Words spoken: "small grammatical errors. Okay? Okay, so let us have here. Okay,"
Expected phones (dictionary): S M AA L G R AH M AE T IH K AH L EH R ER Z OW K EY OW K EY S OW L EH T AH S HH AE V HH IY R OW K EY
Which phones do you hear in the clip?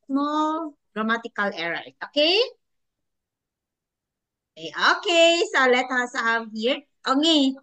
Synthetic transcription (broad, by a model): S M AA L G R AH M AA T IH K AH L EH R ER OW K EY OW K EY S OW L EH T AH S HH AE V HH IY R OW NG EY